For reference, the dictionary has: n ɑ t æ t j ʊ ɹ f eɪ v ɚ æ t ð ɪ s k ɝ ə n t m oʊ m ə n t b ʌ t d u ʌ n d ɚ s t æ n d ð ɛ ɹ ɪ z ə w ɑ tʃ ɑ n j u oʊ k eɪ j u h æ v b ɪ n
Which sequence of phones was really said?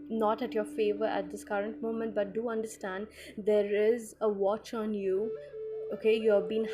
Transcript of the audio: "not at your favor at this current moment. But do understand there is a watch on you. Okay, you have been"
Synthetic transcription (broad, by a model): n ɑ t æ t j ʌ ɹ f eɪ v ɚ æ t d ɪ s k ɝ ə n t m oʊ m ə n t b ʌ t d u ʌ n d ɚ s t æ n d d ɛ ɹ ɪ z ə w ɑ tʃ ɑ n j u oʊ k eɪ j u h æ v b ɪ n